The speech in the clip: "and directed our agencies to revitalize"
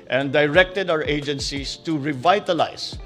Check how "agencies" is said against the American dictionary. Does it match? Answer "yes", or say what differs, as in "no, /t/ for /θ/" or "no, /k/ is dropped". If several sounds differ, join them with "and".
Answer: no, /s/ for /z/